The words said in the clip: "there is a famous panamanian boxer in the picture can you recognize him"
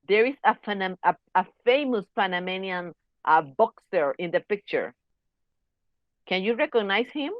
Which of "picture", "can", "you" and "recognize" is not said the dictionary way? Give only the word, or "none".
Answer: recognize